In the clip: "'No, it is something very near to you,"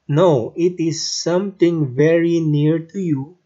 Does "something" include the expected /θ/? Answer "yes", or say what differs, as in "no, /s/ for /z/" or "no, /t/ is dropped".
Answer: no, /t/ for /θ/